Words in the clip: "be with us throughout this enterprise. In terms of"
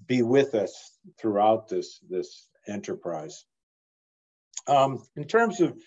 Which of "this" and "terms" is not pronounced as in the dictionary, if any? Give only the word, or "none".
none